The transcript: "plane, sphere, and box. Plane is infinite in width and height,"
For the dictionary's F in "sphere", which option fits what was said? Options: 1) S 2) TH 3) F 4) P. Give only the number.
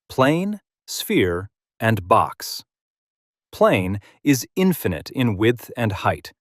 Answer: 3